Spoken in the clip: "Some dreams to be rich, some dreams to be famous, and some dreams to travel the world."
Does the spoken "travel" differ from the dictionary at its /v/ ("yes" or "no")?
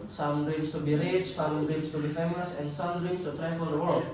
yes